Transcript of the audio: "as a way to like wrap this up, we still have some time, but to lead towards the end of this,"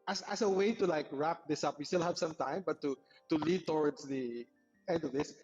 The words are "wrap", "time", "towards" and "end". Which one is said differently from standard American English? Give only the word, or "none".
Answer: towards